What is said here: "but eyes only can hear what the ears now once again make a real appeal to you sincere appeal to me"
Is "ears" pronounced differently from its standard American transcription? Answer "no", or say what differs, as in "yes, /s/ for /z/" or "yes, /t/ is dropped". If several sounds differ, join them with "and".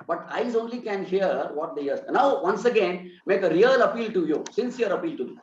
yes, /z/ is dropped